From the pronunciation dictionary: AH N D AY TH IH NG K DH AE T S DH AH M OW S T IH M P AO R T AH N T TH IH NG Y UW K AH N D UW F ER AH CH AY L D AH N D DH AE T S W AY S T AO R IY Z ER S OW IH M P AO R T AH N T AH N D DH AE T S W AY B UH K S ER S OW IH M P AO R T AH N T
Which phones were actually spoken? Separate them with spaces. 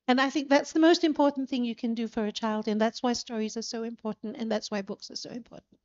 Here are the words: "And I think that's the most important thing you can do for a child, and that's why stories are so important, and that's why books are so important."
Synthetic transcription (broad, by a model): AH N AY TH IH NG K DH AE T S DH AH M OW S T IH M P AO R T N TH IH NG Y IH K AH N D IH F ER AH CH AY L D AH N DH AE T S W AY S T AO R IY Z ER S OW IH M P AO R T N T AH N DH AE T S W AY B UH K S ER S OW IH M P AO R T N T